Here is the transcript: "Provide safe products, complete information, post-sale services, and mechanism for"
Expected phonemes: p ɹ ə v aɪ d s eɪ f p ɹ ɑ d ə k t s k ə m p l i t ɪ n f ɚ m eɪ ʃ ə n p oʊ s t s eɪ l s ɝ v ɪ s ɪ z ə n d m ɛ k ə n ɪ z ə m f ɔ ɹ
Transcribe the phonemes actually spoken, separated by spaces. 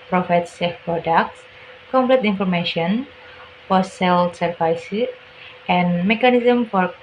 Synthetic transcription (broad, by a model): p ɹ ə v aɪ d s eɪ f p ɹ ɑ d ə k t s k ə m p l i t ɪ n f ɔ m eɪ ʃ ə n f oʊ t s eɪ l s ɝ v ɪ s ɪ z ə n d m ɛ k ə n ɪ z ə m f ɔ ɹ